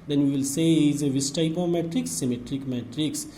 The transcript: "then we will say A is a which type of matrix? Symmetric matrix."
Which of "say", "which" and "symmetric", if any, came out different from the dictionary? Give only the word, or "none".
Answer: which